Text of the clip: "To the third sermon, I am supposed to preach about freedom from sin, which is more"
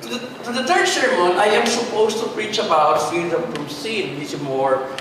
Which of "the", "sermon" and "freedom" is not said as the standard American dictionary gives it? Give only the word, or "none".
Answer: freedom